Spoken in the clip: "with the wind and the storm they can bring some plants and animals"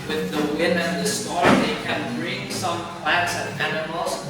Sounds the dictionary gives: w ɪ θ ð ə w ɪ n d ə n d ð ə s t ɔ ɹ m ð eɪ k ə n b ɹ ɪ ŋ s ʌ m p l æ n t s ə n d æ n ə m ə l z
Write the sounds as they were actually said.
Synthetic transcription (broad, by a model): w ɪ ð ə w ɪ n ə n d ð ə s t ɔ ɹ ð eɪ k ə n b ɹ ɪ ŋ s ʌ m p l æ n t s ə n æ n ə m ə l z